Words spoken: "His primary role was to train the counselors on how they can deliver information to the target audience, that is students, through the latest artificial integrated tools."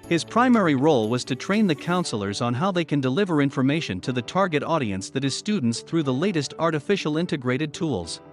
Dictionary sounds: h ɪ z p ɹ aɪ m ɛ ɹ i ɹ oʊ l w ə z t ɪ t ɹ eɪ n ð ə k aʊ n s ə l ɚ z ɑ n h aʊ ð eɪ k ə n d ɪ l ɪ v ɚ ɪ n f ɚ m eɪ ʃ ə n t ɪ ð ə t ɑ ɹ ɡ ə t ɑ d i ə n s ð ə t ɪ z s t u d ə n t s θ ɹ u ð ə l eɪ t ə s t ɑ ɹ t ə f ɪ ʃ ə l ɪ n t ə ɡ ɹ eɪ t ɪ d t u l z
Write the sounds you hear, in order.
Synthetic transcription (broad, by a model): h ɪ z p ɹ aɪ m ɛ ɹ i ɹ oʊ l w ə z t ɪ t ɹ eɪ n ð ə k aʊ n s l ɚ z n h aʊ ð eɪ k ə n d ɪ l ɪ v ɚ ɪ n f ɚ m eɪ ʃ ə n t ɪ ð ə t ɑ ɹ ɡ ə t ɑ d i ə n s ð ə t ɪ z s t u d n t s θ ɹ u ð ə l eɪ t ə s t ɑ ɹ t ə f ɪ ʃ l ɪ n t ə ɡ ɹ eɪ t ɪ d t u l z